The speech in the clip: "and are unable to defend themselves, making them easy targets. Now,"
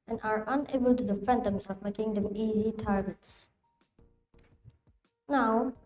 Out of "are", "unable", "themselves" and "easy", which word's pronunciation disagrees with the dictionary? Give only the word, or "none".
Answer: themselves